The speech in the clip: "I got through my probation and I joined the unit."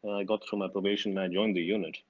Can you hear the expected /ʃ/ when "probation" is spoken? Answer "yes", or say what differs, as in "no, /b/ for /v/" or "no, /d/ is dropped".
no, /ʃ/ is dropped